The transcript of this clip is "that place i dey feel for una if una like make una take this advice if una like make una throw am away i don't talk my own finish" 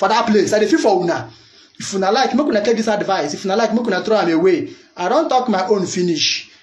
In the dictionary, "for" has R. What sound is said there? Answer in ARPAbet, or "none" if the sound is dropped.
W